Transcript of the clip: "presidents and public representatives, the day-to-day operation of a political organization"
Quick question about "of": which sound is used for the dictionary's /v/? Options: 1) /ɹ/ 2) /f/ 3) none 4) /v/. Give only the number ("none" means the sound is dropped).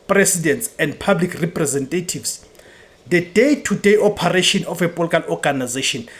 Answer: 2